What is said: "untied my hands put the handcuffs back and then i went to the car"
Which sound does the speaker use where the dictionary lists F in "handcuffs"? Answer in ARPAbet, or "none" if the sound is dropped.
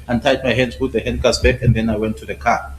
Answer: none